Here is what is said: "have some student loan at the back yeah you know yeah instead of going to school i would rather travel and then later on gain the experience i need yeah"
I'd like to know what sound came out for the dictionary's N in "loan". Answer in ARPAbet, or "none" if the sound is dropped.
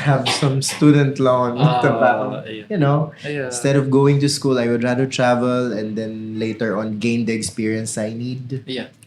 none